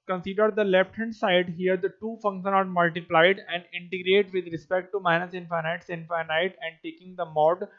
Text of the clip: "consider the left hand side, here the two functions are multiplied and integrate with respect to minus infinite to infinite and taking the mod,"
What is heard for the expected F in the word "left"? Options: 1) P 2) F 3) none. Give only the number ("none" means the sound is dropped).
1